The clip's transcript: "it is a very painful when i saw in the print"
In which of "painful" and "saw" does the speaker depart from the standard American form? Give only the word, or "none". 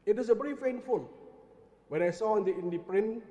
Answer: painful